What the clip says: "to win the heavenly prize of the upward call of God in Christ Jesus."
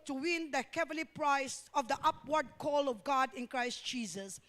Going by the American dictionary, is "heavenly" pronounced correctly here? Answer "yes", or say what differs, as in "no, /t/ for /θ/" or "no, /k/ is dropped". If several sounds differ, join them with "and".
no, /n/ is dropped